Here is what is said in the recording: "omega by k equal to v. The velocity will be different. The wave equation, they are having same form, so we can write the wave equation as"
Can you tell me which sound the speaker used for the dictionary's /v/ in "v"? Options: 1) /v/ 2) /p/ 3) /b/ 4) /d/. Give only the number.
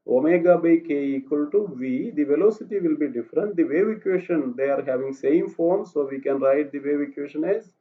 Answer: 1